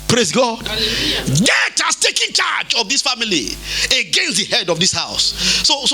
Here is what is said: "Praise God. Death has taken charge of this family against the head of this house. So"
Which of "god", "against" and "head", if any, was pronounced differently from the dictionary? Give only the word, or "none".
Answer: none